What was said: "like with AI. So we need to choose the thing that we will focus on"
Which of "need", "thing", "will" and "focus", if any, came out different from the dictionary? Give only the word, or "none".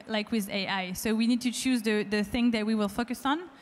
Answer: none